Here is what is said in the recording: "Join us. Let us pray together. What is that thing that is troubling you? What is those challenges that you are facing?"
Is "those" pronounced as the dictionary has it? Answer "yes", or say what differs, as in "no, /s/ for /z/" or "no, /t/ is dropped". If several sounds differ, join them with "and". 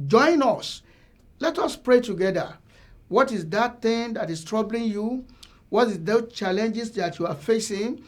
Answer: no, /z/ is dropped